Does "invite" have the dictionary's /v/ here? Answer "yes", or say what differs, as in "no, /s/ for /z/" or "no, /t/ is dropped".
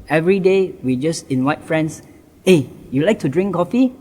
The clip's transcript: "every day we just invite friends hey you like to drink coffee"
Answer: no, /w/ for /v/